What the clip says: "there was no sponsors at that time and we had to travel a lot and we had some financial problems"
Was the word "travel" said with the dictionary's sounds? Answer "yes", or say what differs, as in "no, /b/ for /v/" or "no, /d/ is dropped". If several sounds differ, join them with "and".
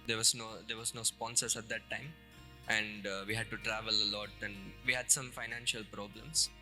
yes